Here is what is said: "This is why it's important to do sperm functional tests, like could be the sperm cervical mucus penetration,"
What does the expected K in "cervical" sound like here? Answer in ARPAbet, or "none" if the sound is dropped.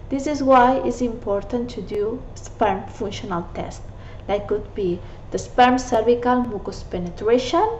K